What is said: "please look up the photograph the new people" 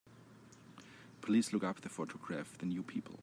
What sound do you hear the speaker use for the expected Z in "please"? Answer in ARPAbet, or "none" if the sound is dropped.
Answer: S